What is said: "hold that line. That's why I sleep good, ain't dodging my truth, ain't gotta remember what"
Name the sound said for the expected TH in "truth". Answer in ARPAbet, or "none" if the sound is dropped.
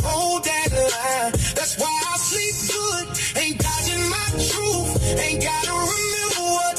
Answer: F